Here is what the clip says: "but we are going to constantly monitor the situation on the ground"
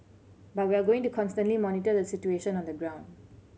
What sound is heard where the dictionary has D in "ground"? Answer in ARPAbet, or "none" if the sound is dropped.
D